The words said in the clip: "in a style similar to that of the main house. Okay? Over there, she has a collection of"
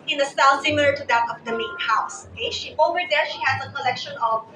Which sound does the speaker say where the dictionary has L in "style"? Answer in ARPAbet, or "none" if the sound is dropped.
N